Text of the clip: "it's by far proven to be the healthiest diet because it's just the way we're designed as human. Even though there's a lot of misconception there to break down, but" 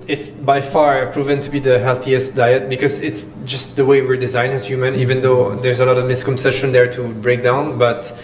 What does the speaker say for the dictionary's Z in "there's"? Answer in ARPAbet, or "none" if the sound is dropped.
Z